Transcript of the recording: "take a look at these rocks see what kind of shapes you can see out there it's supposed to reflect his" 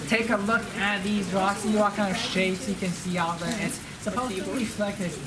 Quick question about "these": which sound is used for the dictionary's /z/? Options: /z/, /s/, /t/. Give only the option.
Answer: /z/